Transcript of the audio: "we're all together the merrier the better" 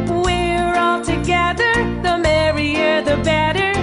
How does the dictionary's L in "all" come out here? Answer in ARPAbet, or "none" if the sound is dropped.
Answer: L